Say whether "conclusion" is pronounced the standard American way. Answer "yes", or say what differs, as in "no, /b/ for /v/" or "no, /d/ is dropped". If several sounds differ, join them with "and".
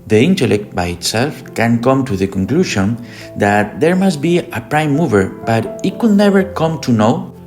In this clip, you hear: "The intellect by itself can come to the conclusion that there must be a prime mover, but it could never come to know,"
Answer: no, /ʃ/ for /ʒ/